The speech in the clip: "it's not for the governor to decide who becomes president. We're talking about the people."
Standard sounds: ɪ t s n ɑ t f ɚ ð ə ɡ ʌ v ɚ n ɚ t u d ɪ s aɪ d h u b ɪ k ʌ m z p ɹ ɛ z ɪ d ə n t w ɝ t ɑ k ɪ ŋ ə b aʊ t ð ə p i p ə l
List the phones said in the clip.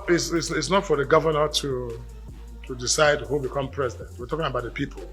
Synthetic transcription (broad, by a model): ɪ t s n ɑ t f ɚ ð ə ɡ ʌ v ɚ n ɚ t u d ɪ s aɪ d h u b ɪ k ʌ m p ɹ ɛ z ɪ d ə n t w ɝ t ɑ k ɪ ŋ ə b aʊ t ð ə p i p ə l